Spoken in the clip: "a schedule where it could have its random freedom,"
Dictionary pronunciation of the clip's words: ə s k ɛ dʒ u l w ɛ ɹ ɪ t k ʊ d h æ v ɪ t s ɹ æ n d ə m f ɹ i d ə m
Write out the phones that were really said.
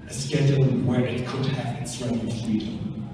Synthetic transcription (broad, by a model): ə s k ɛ dʒ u n w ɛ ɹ ɪ t k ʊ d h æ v ɪ t s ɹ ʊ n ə f ɹ i d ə m